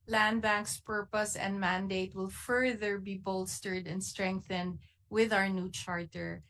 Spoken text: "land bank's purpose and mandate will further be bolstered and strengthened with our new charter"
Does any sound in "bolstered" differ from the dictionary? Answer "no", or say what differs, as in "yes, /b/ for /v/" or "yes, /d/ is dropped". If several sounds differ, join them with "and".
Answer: no